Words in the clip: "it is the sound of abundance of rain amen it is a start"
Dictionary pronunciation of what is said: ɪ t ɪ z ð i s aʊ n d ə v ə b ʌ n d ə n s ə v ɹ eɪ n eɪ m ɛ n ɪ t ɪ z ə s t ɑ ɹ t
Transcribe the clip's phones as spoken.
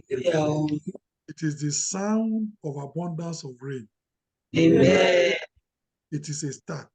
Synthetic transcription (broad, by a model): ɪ t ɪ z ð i s aʊ n d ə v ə b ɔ n d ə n s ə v ɹ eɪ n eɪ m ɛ ɪ t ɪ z ə s t ɑ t